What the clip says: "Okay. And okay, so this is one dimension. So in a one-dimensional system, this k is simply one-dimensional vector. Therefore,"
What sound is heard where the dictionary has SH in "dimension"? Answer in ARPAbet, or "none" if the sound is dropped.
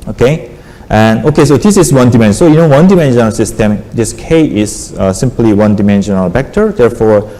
S